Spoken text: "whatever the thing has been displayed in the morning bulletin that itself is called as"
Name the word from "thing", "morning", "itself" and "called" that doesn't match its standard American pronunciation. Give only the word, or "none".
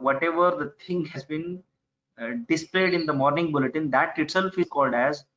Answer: thing